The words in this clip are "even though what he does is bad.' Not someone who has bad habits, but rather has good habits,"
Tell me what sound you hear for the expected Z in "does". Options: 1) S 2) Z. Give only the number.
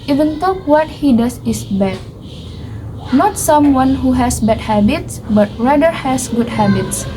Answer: 1